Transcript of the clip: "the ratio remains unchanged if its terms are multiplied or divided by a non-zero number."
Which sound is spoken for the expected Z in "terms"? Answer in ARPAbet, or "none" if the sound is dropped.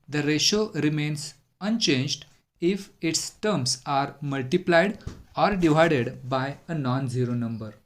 S